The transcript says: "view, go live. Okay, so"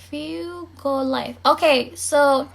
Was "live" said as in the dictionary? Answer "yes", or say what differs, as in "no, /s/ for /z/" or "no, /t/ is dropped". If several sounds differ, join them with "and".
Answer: no, /f/ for /v/